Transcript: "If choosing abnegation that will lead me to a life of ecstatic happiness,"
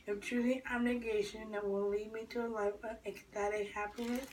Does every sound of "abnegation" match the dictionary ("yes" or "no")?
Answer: yes